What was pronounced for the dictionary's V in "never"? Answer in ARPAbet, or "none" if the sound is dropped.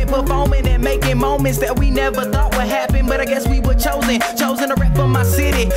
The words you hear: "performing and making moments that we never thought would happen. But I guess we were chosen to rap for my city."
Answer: V